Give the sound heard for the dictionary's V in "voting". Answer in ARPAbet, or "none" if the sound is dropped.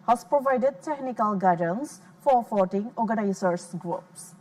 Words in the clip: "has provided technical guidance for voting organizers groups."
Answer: F